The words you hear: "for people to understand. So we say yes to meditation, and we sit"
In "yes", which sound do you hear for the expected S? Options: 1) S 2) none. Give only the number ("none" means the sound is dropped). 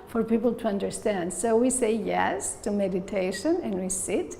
1